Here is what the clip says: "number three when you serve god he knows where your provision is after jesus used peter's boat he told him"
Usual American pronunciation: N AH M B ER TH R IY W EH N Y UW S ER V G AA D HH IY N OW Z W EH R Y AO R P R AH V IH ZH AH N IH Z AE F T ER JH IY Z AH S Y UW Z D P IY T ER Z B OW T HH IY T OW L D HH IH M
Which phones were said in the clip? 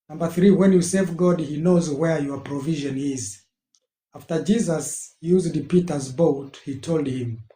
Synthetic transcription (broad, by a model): N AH M B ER TH R IY W EH N Y UW S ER V G AA D HH IY N OW Z W EH R Y AO R P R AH V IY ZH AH N IH Z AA F T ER JH IY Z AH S Y UW Z D P IY T ER Z B OW T HH IY T OW L D HH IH M